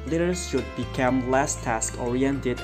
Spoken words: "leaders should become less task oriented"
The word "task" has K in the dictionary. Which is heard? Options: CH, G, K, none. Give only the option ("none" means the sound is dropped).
K